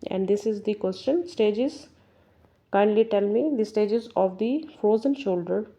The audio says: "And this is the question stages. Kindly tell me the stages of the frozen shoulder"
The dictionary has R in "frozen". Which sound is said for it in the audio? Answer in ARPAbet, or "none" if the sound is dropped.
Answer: none